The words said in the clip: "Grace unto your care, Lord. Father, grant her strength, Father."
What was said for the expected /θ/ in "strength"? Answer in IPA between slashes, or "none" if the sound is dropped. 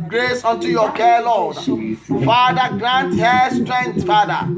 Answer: /t/